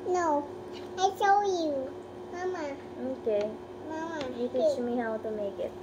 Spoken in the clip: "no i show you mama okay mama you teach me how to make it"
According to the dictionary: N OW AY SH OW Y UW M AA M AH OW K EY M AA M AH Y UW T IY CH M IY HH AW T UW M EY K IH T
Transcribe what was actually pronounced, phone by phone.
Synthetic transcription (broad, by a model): N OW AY S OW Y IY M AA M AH OW K EY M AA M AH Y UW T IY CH M IY HH AW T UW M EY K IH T